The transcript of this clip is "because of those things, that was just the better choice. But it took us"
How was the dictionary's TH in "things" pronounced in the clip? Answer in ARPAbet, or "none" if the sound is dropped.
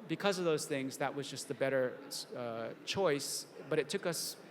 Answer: TH